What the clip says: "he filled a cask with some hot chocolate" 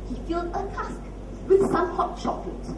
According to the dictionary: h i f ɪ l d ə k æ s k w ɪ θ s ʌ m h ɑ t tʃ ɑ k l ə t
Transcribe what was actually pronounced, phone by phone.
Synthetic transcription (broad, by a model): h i f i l ə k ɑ s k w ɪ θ s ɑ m h ɑ t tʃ ɑ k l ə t